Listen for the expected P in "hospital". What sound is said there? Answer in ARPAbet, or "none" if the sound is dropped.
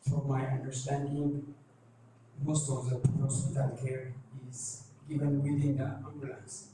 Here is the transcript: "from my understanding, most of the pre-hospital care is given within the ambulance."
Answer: none